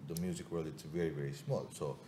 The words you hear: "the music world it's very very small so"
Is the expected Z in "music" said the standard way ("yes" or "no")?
yes